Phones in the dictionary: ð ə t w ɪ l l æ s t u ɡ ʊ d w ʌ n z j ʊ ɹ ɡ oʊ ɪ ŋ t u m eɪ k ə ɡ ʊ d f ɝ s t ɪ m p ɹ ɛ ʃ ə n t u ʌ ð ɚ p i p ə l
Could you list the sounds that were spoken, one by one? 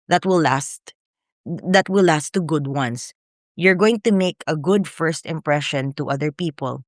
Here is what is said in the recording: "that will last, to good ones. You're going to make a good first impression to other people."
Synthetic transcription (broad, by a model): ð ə t w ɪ l l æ s t u ɡ ʊ d w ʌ n s j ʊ ɹ ɡ oʊ ɪ ŋ t u m eɪ k ə ɡ ʊ d f ɝ s t ɪ m p ɹ ɛ ʃ ə n t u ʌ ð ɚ p i p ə l